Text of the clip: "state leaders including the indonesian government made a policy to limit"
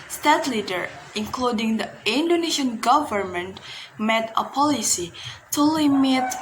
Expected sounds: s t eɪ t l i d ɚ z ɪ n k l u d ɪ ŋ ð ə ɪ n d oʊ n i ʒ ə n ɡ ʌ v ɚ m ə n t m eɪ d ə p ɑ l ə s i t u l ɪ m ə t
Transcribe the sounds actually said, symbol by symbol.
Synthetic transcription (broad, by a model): s t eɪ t l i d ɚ ɪ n k l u d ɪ ŋ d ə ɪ n d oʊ n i ʃ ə n ɡ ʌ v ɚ m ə n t m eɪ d ə p ɑ l ə s i t u l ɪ m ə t